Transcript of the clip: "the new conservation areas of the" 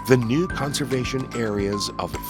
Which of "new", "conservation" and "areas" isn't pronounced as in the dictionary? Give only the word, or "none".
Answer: none